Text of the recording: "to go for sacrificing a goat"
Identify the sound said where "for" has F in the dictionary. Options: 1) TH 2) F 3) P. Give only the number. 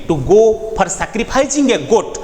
3